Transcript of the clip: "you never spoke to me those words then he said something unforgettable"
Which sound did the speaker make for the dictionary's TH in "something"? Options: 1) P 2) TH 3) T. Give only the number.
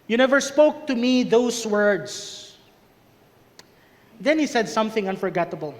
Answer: 2